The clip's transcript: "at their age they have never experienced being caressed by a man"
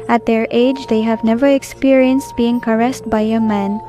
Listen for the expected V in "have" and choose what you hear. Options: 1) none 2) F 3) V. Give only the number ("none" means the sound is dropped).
3